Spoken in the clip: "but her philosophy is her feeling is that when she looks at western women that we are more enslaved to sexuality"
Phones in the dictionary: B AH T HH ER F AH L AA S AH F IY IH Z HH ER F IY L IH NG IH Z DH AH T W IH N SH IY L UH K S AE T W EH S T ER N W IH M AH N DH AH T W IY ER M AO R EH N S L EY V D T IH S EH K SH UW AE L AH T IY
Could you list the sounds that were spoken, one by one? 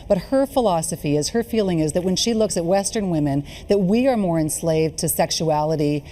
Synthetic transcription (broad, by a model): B AH T HH ER F AH L AA S AH F IY IH Z HH ER F IY L IH NG IH Z DH AH T W IH N SH IY L UH K S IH T W EH S T ER N W IH M AH N DH AH T W IY ER M AO R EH N S L EY V T IH S EH K SH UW AE L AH T IY